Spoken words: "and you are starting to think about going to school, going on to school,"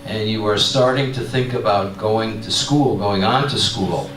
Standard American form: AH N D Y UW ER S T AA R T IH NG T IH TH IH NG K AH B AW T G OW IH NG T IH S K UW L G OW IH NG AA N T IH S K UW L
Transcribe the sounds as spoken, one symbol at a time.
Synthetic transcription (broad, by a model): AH N Y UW ER S T AA R T IH NG T IH TH IH NG K AH B AW T G OW IH NG T IH S K UW L G OW IH NG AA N T IH S K UW L